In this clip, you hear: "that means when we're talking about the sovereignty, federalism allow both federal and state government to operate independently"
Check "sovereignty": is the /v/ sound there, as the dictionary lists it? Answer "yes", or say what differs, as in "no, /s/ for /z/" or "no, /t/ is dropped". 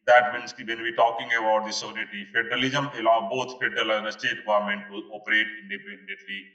no, /v/ is dropped